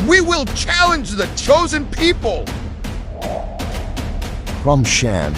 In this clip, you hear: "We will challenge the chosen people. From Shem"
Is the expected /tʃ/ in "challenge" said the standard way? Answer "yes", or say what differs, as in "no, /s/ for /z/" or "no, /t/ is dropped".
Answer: yes